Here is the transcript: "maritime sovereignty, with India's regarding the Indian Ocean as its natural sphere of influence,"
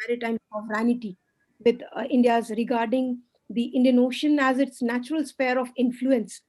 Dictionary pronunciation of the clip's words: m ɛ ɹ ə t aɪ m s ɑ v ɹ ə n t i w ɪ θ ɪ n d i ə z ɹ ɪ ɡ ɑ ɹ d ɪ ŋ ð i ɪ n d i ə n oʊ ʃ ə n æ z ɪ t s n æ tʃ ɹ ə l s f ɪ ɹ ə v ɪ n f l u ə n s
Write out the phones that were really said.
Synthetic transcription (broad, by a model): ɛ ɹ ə t aɪ m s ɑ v ɹ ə n t i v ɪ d ɪ n d i ə z ɹ ɪ ɡ ɑ ɹ d ɪ ŋ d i ɪ n d i ə n oʊ ʃ ə n æ z ɪ t s n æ tʃ ɹ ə l s p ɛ ɹ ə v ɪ n f l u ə n s